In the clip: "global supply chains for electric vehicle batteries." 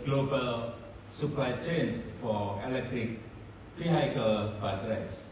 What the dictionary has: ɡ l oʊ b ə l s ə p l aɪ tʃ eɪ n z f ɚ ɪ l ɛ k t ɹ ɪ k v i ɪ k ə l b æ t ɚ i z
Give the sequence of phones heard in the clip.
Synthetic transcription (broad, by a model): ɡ l oʊ b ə l s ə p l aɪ tʃ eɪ n s f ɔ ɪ l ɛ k t ɹ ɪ k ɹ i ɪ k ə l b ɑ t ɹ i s